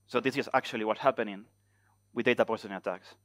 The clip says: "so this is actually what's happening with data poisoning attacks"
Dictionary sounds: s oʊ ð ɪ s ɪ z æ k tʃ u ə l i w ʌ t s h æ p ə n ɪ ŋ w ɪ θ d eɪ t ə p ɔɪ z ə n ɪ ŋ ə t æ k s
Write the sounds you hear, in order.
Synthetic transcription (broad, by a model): s oʊ ð ɪ s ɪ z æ k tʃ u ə l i w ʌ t h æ p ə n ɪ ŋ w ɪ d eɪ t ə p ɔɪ s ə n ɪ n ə t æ k s